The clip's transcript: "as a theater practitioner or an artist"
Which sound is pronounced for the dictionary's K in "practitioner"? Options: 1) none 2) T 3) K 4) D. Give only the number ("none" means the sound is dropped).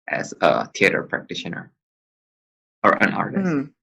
3